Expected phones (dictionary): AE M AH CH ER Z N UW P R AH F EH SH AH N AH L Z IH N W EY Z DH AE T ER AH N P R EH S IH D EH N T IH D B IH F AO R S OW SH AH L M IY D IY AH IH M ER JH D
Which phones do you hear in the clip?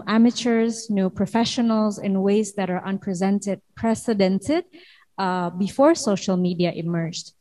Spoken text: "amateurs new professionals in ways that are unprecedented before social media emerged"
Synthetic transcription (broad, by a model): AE M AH CH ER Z N UW P R AH F EH SH AH N AH L Z IH N W EY Z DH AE T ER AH N P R EH S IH D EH N T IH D B IH F AO R S OW SH AH L M IY D IY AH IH M ER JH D